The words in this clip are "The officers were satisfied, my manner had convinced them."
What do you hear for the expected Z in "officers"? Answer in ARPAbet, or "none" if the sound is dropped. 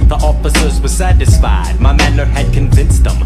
Z